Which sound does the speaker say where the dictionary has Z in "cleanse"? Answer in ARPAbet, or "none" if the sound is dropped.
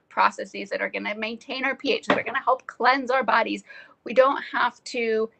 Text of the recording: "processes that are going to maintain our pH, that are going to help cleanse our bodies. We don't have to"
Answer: Z